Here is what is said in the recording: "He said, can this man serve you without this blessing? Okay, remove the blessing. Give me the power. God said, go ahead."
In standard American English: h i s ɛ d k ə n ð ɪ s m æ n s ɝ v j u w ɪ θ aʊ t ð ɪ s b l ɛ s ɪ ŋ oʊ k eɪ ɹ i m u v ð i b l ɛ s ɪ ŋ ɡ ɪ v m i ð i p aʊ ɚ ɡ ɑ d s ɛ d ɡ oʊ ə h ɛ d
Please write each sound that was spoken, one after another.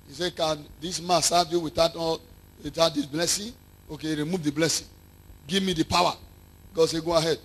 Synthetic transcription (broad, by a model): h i s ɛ k ə n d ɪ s m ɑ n s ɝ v j u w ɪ t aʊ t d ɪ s b l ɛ s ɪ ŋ oʊ k eɪ ɹ i m u v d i b l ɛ s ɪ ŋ ɡ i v m i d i p aʊ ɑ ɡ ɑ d s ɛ ɡ oʊ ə h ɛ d